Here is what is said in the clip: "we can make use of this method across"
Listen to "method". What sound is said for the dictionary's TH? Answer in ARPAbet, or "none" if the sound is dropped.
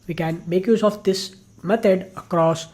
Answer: T